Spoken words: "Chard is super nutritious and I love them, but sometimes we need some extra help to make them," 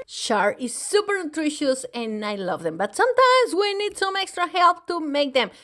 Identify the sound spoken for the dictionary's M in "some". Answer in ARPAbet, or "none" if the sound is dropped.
M